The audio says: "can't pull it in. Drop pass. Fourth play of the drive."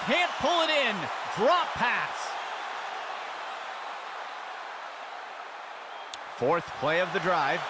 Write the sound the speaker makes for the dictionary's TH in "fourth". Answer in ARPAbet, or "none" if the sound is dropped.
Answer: TH